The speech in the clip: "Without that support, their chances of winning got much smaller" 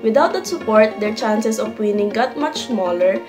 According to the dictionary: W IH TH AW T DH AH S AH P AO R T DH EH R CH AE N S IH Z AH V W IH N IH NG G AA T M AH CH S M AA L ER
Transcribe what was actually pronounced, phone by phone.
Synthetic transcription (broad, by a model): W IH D AW T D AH S AH P AO R T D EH R CH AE N S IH S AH P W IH N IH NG G AA T M AH CH S M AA L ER